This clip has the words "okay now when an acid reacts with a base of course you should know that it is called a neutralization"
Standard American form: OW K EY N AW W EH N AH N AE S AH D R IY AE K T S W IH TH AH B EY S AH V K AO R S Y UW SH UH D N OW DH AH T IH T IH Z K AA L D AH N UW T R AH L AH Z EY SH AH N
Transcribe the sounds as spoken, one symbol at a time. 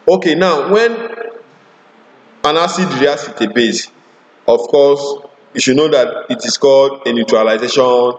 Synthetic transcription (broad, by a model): OW K EY N AW W EH N AH N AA S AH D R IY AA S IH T AH B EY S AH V K AO S Y UW SH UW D N OW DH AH T IH T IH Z K AA L D AH N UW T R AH L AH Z EY SH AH N